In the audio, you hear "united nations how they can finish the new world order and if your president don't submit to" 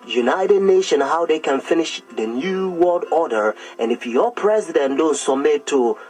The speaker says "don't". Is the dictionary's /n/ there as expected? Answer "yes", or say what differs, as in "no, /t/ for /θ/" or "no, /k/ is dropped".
yes